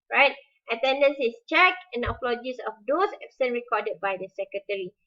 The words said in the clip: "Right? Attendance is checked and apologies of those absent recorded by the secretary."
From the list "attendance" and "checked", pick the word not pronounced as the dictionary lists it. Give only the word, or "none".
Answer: checked